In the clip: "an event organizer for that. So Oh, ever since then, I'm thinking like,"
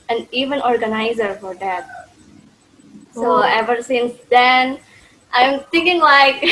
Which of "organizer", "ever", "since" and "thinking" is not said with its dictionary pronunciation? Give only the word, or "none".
thinking